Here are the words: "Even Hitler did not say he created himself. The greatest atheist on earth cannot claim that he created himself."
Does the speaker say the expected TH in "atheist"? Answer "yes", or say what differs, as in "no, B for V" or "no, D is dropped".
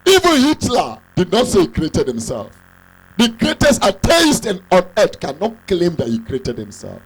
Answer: no, S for TH